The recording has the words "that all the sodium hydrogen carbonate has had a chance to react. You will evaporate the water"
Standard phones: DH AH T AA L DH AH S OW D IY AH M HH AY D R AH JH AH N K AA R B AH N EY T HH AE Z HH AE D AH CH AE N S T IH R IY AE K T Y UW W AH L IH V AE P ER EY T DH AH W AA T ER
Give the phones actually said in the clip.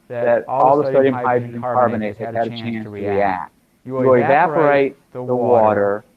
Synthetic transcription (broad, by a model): DH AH T AA L DH AH S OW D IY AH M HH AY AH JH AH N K AA R B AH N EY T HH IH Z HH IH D AH CH AE N S T IH R IY AE K T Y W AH IH V AE P ER EY T DH AH W AA T ER